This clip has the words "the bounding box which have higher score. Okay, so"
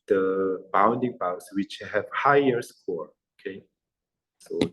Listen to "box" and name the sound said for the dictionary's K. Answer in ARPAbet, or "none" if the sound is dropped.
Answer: none